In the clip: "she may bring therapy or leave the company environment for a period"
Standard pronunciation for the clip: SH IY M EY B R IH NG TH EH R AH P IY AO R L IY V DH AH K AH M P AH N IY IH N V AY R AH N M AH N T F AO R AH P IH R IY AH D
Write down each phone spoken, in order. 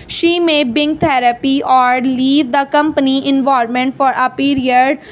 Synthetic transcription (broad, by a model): SH IY M EY B IH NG T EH R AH P IY AO R L IY V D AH K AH M P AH N IY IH N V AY R M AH N T F AO R AH P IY R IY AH D